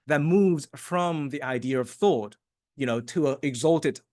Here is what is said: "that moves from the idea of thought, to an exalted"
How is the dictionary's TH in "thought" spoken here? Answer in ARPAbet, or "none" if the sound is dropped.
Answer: TH